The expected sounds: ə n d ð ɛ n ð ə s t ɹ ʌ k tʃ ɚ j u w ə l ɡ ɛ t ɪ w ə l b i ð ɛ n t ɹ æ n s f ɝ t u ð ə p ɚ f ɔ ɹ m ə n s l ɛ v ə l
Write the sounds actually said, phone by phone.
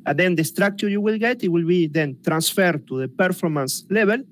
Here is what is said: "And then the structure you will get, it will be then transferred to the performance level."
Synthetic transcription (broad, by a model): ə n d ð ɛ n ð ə s t ɹ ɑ k tʃ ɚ j u w ə l ɡ ɛ t ɪ w ə l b i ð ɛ n t ɹ æ n s f ɝ t u ð ə p ɚ f ɔ ɹ m ə n s l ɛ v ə l